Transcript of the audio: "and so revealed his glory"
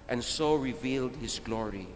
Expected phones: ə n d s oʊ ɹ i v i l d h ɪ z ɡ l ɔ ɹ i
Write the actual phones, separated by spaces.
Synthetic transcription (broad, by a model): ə n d s oʊ ɹ i v i l d h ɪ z ɡ l ɔ ɹ i